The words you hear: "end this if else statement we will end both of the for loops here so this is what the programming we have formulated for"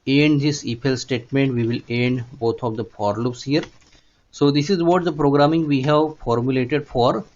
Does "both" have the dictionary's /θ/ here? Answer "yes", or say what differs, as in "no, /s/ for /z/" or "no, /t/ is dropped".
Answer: no, /t/ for /θ/